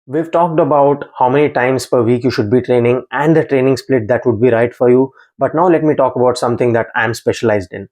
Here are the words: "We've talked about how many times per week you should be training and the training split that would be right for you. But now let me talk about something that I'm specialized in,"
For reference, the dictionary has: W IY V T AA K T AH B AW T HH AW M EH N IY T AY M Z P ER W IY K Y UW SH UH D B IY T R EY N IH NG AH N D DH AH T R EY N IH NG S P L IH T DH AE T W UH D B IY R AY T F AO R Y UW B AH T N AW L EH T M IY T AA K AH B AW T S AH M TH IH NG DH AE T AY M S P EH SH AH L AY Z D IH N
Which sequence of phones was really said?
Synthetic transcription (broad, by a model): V IY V T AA K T AH B AW T HH AW M EH N IY T AY M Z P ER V IY K Y UW SH UH D B IY T R EY N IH NG AH N D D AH T R EY N IH NG S P L IH T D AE T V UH D B IY R AY T F AO R Y UW B AH T N AW L EH T M IY T AA K AH B AW T S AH M T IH NG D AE T AY M S P EH SH AH L AY Z D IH N